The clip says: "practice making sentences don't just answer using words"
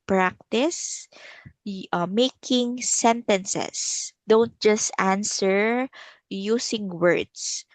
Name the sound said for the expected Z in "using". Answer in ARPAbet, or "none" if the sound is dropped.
S